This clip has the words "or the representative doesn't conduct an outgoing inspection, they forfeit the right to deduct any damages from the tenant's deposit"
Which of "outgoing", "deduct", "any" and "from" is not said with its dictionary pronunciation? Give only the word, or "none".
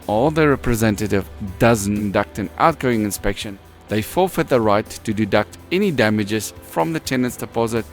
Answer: none